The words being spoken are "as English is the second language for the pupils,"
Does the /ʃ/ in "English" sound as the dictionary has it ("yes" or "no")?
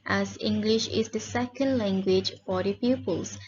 yes